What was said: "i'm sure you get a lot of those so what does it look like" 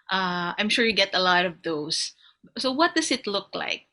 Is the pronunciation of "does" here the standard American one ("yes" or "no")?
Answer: no